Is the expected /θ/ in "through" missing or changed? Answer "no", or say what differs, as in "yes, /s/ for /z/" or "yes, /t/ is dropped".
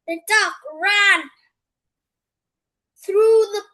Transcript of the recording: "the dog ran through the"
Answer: no